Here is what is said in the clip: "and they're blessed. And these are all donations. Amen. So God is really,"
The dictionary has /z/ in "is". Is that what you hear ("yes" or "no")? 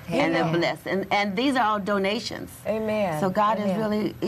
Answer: yes